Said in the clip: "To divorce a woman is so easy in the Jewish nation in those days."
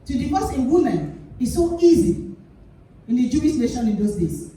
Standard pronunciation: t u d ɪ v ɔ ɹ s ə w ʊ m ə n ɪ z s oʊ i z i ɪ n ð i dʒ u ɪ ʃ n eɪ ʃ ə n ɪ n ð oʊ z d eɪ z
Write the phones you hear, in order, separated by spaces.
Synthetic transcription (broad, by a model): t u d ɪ f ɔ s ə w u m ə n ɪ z s oʊ i z i ɪ n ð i dʒ u ɪ ʃ n eɪ ʃ ə n ɪ n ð oʊ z d eɪ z